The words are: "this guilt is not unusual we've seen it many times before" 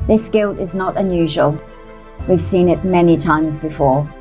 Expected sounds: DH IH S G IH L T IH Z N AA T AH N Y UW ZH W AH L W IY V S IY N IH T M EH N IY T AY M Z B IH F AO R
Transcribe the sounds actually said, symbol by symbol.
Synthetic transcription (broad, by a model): DH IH S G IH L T IH Z N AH T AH N Y UW ZH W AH L W IY V S IY N IH T M EH N IY T AY M Z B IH F AO R